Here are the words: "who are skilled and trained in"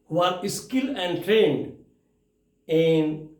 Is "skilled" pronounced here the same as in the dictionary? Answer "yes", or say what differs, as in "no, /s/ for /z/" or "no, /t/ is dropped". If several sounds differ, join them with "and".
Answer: no, /d/ is dropped